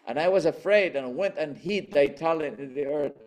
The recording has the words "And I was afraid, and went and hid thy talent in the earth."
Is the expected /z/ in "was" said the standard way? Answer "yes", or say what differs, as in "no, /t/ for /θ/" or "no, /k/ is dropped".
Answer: yes